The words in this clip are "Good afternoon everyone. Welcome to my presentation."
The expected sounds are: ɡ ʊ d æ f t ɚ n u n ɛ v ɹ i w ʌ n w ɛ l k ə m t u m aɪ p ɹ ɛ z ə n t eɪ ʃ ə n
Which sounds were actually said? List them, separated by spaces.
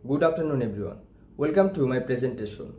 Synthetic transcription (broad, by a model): ɡ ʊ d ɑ p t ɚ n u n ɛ b ɹ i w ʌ n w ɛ l k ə m t u m aɪ p ɹ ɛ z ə n t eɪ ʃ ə n